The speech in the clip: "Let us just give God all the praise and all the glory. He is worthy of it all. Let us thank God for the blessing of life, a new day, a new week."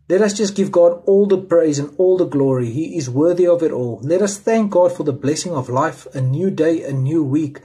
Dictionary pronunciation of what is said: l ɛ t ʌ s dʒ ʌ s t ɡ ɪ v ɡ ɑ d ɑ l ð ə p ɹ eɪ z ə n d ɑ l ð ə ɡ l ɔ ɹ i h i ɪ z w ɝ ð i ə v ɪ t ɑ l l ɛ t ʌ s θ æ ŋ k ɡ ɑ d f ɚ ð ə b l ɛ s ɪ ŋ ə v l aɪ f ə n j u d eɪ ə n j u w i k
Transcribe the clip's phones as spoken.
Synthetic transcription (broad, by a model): l ɛ t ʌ s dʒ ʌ s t ɡ ɪ v ɡ ɑ d ɑ l ð ə p ɹ eɪ z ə n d ɑ l ð ə ɡ l ɔ ɹ i h i ɪ z w ɝ ð i ə v ɪ t ɑ l l ɛ t ʌ s θ æ ŋ k ɡ ɑ d f ɚ ð ə b l ɛ s ɪ ŋ ə v l aɪ f ə n j u d eɪ ə n j u w i k